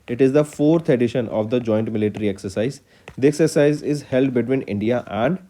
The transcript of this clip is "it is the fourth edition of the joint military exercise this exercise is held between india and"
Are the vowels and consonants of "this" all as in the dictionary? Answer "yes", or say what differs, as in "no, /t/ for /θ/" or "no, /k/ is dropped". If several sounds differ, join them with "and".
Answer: no, /s/ is dropped